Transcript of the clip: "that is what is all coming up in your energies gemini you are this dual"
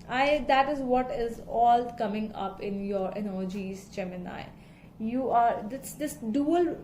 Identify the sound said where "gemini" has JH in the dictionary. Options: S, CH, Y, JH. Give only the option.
CH